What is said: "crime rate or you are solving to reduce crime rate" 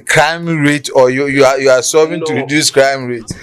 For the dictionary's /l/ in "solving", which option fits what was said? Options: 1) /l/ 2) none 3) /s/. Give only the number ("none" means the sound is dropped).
2